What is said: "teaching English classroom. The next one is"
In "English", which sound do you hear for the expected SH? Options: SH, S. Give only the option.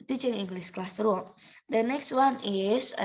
S